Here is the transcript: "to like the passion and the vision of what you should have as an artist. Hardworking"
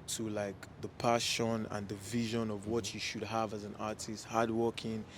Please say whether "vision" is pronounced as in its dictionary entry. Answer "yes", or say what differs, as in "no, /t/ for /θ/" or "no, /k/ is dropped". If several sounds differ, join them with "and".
yes